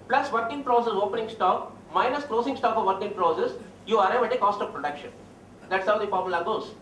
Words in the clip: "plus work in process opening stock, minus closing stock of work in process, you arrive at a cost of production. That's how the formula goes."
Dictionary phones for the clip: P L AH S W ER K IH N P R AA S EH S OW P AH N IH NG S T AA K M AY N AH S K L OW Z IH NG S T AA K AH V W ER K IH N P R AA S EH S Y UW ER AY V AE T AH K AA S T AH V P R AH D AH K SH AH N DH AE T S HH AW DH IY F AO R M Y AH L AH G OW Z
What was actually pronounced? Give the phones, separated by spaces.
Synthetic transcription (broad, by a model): P L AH S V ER K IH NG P R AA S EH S OW P AH N IH NG S T AA K M AY N AH S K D OW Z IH NG S T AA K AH V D K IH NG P R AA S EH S Y UW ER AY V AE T AH K AA S T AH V P R AH D AH K SH AH N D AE T S HH AW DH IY P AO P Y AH L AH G OW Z